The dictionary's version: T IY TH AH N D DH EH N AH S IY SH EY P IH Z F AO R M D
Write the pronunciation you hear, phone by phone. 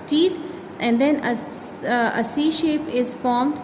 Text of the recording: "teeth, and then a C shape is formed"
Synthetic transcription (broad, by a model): T IY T AH N D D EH N AH S IY SH EY P IH Z F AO R M D